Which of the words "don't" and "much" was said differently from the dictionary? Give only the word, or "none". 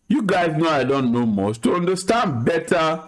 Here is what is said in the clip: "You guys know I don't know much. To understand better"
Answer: much